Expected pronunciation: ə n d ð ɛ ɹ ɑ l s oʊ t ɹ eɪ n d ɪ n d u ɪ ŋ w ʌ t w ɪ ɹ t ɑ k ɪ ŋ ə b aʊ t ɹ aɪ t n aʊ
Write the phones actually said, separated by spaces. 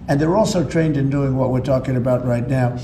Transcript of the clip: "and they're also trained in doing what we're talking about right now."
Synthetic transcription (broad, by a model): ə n ð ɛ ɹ ɑ l s oʊ t ɹ eɪ n d ɪ n d u ɪ ŋ w ʌ t w ɪ ɹ t ɑ k ɪ ŋ ə b aʊ t ɹ aɪ t n aʊ